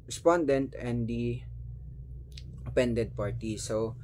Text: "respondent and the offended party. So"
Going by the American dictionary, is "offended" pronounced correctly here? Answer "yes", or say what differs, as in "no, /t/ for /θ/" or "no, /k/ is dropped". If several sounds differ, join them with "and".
no, /p/ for /f/